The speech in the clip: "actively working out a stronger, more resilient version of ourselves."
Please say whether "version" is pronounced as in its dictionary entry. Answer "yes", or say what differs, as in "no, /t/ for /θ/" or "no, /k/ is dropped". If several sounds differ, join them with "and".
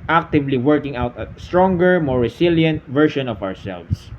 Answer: no, /ʃ/ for /ʒ/